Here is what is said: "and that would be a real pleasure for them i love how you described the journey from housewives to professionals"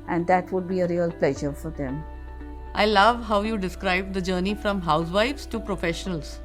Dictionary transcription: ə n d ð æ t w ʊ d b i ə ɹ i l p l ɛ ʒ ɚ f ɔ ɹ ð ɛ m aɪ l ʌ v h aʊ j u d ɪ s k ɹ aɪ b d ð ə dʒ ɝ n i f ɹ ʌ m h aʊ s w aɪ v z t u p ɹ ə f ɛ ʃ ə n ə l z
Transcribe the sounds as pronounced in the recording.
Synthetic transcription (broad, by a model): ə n d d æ t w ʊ d b i ə ɹ i l p l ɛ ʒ ɚ f ɔ ɹ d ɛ m aɪ l ʌ v h aʊ j u d ɪ s k ɹ aɪ b d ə dʒ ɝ n i f ɹ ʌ m h aʊ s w aɪ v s t u p ɹ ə f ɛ ʃ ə n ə l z